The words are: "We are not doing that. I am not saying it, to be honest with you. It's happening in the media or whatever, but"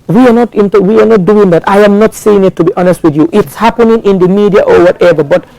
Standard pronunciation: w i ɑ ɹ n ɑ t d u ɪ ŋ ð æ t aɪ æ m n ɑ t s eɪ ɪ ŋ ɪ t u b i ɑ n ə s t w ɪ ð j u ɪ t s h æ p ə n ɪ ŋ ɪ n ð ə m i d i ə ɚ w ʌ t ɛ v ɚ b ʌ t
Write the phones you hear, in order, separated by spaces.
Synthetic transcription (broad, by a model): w i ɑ w n ɑ t d u ɪ ŋ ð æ t aɪ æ m n ɑ t s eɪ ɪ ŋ ɪ t u b i ɑ n ə s t w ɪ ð j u ɪ t s h æ p ə n ɪ ŋ ɪ n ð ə m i d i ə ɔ w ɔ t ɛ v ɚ b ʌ t